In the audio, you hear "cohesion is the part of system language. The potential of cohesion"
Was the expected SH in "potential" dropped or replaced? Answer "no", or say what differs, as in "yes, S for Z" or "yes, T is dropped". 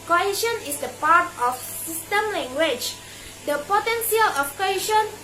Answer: yes, S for SH